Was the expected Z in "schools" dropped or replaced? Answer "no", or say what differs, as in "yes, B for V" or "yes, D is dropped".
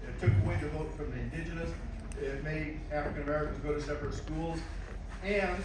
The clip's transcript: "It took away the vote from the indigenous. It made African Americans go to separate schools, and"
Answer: no